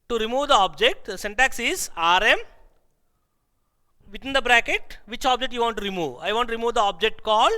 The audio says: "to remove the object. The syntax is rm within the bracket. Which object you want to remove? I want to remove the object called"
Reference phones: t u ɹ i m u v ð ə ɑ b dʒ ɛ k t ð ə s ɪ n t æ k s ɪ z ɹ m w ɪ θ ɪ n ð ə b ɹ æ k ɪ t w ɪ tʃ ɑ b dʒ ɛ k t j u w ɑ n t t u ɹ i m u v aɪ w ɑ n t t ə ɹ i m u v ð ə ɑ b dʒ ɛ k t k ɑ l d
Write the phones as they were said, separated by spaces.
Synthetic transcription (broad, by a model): t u ɹ i m u v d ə ɑ b dʒ ɛ k t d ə s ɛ n t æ k s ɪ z ɹ m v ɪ t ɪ n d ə b ɹ æ k ɪ t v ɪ tʃ ɑ b dʒ ɛ k t j u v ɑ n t t u ɹ i m u v aɪ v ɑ n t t ɹ i m u v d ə ɑ b dʒ ɛ k t k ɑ l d